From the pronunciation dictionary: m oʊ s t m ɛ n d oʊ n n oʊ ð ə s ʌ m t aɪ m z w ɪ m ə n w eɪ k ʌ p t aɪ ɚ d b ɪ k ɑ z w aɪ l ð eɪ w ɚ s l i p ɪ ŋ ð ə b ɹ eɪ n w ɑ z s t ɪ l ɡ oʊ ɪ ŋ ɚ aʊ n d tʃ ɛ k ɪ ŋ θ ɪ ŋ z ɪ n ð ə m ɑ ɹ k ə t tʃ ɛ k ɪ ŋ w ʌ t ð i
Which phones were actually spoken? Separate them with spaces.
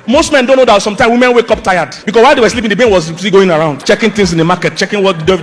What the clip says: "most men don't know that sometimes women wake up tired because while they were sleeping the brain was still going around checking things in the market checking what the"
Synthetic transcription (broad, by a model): m oʊ s t m ɛ n d oʊ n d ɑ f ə s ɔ m t aɪ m w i m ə n w eɪ k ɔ p t aɪ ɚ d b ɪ k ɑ s w aɪ l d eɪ w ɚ s l i p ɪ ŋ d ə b eɪ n w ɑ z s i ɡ oʊ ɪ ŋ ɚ aʊ n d tʃ ɛ k ɪ ŋ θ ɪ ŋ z ɪ n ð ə m ɑ k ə t tʃ ɛ k ɪ ŋ w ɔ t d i